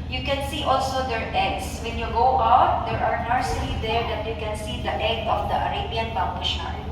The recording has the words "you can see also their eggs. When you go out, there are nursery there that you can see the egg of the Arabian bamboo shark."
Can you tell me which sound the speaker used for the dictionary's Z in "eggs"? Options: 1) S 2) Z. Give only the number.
1